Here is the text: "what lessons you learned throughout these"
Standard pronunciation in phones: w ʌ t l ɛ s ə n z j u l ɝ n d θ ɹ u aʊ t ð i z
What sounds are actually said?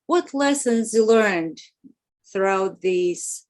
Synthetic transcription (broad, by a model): w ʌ t l ɛ s ə n z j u l ɝ n d θ ɹ u aʊ t ð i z